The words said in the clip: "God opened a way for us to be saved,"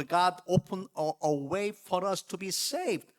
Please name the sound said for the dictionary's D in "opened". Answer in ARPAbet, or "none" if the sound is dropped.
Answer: none